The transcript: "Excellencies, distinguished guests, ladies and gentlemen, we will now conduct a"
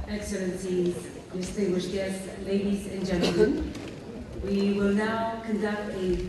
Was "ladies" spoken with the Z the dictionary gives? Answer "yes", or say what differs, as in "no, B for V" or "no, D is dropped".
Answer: yes